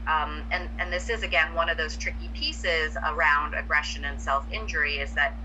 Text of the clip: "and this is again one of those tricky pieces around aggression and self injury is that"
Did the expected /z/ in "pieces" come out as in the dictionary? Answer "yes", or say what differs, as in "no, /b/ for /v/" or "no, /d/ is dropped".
yes